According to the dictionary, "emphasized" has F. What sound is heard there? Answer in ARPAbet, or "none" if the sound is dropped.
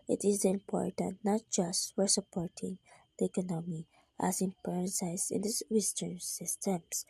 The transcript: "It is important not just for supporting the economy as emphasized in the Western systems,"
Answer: P